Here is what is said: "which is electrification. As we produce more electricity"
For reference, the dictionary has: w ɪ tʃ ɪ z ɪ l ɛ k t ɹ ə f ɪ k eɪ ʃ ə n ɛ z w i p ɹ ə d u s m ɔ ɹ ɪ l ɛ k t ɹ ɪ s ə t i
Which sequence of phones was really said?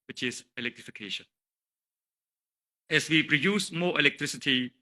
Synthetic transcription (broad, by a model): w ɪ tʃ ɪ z ɪ l ɛ k t ɹ ə f ɪ k eɪ ʃ ə n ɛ s w i p ɹ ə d u s m ɔ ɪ l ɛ k t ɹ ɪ s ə t i